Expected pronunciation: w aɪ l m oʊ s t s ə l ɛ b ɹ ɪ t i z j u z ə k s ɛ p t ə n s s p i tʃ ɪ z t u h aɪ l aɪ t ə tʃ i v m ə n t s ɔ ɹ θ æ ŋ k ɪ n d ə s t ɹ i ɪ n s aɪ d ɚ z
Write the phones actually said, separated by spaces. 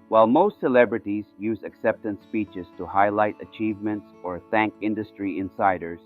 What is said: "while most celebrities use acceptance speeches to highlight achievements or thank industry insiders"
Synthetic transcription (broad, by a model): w aɪ l m oʊ s t s ə l ɛ b ɹ ɪ t i z j u z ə k s ɛ p t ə n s s p i tʃ ɪ z t u h aɪ l aɪ t ə tʃ i v m ə n t s ɔ ɹ θ æ ŋ k ɪ n d ə s t ɹ i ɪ n s aɪ d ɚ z